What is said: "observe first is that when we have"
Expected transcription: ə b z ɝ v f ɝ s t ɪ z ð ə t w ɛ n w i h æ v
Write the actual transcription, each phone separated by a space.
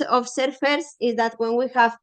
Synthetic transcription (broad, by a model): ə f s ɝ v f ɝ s ɪ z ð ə t w ɛ n w i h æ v